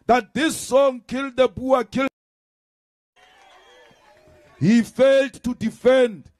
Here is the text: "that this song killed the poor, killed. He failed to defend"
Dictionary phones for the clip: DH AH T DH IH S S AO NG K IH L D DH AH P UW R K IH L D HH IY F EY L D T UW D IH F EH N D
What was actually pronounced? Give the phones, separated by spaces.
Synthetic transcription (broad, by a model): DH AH T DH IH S S AO NG K IH L D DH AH B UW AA K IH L HH IY F EY L D T UW D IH F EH N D